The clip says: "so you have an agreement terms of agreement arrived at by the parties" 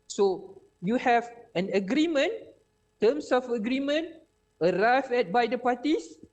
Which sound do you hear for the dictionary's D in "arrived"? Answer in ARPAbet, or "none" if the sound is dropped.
none